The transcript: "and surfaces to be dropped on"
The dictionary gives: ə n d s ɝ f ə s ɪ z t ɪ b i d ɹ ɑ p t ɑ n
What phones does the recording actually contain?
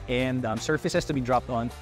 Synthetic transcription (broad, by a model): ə n d s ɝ f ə s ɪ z t ɪ b i d ɹ ɑ p t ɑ n